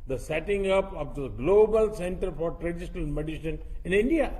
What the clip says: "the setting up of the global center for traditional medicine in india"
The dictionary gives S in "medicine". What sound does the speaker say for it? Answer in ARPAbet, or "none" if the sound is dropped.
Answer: SH